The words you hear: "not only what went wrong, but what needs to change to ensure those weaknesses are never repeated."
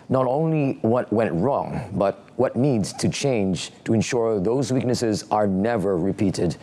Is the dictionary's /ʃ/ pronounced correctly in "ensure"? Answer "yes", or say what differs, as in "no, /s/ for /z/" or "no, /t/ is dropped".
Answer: yes